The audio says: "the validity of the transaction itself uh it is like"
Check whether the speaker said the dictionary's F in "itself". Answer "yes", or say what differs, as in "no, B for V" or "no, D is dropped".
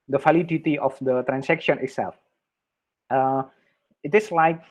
yes